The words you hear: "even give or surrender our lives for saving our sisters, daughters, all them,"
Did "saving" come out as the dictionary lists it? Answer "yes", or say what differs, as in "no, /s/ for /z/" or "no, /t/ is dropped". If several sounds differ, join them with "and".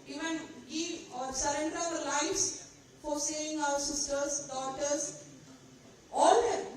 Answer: no, /v/ is dropped